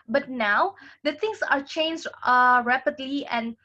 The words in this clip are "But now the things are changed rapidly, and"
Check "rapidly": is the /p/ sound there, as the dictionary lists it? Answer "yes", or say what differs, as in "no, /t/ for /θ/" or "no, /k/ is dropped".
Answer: yes